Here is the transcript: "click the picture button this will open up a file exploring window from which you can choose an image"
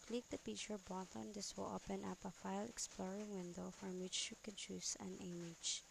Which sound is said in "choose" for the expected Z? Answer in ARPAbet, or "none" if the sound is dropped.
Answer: S